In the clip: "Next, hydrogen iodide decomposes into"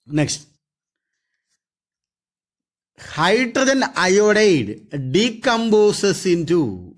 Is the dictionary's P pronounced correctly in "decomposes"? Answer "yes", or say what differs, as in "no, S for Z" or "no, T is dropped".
no, B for P